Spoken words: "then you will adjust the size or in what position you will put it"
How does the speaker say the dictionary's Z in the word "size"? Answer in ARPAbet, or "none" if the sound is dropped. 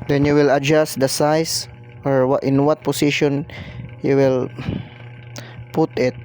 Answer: S